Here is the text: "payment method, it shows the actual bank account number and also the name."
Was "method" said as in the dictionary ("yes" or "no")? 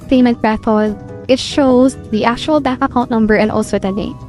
no